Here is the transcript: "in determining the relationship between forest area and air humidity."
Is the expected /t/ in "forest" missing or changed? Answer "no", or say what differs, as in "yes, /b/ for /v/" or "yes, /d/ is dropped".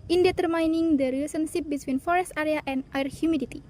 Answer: no